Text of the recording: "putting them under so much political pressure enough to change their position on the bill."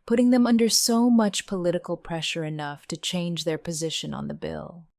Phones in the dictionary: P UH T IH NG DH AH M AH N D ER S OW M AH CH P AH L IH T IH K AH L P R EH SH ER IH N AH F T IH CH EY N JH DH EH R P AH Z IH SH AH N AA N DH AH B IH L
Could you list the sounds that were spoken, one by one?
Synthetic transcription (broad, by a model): P UH T IH NG DH AH M AH N D ER S OW M AH CH P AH L IH T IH K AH L P R EH SH ER IH N AH F T IH CH EY N JH DH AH R P AH Z IH SH AH N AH N DH AH B IH L